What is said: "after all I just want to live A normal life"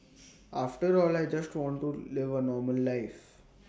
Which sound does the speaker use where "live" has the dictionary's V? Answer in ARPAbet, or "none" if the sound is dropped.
V